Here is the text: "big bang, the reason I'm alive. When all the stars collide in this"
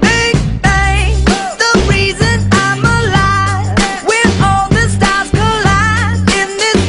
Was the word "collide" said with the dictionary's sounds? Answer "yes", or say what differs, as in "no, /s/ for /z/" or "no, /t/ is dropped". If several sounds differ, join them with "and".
no, /d/ is dropped